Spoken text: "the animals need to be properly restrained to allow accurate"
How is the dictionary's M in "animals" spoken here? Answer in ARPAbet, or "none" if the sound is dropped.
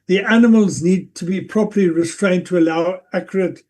M